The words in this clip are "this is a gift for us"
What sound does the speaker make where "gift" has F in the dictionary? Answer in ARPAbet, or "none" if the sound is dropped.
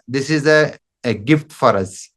F